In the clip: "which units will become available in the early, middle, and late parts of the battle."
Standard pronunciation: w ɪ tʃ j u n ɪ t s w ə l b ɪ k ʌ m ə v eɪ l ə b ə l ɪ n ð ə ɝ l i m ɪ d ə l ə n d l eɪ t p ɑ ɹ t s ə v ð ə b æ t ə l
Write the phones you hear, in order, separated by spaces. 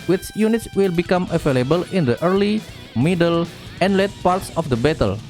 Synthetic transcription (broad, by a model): w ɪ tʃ j u n ɪ t s w ə l b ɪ k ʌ m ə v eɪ l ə b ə l ɪ n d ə ɝ l i m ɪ d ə l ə n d l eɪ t p ɑ ɹ t s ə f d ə b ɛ t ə l